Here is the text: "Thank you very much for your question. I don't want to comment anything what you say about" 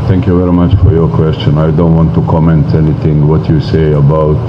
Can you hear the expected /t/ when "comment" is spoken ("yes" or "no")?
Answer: yes